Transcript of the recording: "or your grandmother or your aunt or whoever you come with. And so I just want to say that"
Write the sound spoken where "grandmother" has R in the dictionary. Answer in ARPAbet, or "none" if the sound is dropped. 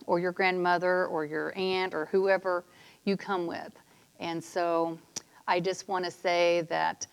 R